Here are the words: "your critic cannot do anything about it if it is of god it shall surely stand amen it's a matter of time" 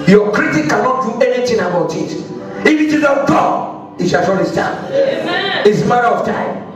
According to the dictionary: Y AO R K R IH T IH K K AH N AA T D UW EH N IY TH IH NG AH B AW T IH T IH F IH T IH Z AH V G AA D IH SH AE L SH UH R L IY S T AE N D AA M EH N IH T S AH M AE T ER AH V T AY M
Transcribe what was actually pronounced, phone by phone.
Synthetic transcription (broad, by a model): Y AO K R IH T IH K K AH N AA T D UW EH N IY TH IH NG AH B AW T IH T IH F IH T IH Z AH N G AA IH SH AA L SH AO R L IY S T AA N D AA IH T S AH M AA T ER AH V T AY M